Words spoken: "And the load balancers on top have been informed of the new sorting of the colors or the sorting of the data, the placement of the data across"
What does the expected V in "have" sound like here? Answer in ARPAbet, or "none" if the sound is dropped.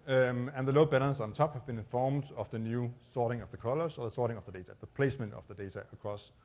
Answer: V